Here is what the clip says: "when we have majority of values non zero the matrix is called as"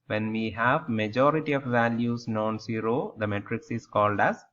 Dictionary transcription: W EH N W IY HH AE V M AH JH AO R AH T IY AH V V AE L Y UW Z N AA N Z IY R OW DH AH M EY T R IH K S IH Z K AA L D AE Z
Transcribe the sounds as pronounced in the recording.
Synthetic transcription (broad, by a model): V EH N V IY HH AE V M AH JH AO R AH T IY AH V V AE L Y UW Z N AA N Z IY R OW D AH M EY T R IH K S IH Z K AA L D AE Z